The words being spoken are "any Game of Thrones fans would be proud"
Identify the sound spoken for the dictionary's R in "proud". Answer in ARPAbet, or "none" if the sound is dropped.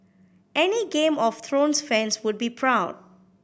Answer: R